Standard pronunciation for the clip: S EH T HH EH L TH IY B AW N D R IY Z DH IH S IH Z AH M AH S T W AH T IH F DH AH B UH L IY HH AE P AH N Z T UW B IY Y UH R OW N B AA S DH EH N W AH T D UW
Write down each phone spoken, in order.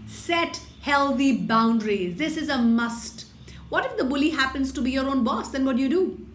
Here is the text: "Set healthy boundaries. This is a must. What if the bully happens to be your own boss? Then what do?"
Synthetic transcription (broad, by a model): S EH T HH EH L T IY B AW N D R IY Z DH IH S IH Z AH M AH S T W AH T IH F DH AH B UH L IY HH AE P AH N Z T UW B IY Y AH R OW N B AA S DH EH N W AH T D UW